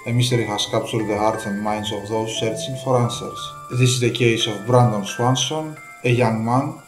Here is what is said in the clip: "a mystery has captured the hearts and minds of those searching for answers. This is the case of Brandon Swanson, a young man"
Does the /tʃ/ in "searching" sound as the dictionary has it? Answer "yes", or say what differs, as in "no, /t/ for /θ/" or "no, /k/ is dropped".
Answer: no, /s/ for /tʃ/